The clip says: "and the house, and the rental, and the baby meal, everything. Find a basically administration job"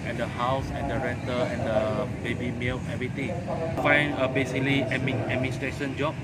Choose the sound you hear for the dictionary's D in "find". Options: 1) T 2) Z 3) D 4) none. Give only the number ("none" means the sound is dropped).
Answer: 4